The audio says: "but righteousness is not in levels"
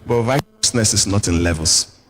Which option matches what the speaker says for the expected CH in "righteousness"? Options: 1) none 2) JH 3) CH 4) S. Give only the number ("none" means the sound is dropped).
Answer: 1